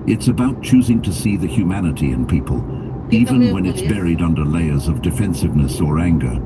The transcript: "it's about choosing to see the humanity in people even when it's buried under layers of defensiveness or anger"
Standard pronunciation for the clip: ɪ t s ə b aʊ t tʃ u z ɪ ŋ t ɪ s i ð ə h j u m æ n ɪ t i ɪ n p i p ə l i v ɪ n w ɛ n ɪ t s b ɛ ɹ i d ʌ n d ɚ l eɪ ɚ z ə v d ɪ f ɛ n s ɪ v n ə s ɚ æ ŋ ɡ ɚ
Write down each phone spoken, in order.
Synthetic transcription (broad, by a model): ɪ t s ə b aʊ t tʃ u z ɪ ŋ t ɪ s i ð ə h j u m æ n ɪ t i ɪ n p i p ə l i v ɪ n w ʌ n ɪ t s b ɛ ɹ i d ʌ n d ɚ l eɪ ɚ z ə v d ɪ f ɛ n s ɪ v n ə s ɚ æ ŋ ɡ ɚ